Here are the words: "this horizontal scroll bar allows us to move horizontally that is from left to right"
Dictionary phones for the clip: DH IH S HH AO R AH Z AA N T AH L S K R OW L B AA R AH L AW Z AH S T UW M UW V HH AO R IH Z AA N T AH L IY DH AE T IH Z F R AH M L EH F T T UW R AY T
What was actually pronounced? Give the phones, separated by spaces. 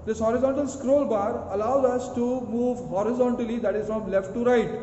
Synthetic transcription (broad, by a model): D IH S HH AO R AH Z AA N T AH L S K R OW L B AA R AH L AW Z AH S T UW M UW V HH AO R IH Z AA N T AH L IY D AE T IH Z F R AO M L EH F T T UW R AY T